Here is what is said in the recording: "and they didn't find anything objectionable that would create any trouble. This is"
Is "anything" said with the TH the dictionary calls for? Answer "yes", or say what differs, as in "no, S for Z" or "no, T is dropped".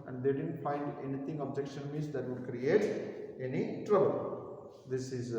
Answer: no, T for TH